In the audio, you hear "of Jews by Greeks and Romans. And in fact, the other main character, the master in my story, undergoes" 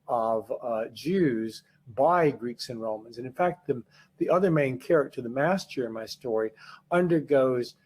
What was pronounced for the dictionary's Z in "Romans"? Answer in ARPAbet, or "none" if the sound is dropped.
Z